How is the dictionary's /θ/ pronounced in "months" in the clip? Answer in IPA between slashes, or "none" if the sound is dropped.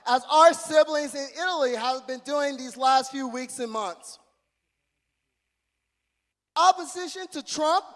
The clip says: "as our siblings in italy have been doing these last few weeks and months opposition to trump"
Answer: /θ/